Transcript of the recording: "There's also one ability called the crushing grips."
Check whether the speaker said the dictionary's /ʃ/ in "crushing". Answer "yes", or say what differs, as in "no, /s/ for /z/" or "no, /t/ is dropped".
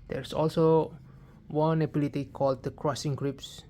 no, /s/ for /ʃ/